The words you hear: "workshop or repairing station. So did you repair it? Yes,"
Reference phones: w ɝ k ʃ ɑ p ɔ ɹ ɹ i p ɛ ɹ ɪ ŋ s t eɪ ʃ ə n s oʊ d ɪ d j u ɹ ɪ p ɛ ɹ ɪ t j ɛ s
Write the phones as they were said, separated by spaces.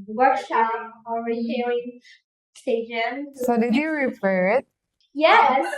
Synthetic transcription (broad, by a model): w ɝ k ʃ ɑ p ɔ l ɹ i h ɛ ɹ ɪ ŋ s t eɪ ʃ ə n s oʊ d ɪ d j u ɹ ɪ f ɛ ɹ ɪ t j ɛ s